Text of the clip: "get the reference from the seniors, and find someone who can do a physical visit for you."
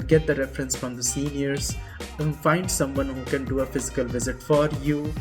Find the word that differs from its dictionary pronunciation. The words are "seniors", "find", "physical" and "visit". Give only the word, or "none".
seniors